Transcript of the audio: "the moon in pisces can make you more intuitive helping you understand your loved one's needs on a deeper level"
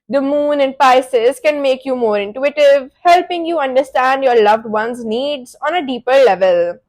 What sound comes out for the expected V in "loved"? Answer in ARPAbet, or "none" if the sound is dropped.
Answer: V